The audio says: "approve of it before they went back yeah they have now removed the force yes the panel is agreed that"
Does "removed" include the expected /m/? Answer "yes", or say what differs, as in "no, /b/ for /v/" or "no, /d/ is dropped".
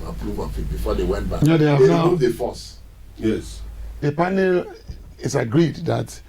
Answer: no, /m/ is dropped